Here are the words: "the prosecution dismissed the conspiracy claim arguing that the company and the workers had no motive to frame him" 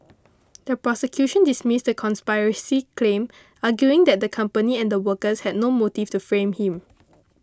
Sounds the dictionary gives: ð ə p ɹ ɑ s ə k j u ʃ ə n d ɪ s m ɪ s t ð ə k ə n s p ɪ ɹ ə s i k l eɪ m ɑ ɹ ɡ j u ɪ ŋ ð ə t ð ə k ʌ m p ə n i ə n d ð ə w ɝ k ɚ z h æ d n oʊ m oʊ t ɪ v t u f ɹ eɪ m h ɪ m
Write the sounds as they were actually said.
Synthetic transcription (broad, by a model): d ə p ɹ ɑ s ə k j u ʃ ə n d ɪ s m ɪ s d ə k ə n s p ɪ ɹ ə s i k l eɪ m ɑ ɡ j u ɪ ŋ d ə t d ə k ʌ m p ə n i ə n d ə w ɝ k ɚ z h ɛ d n oʊ m oʊ t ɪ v t u f ɹ eɪ m h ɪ m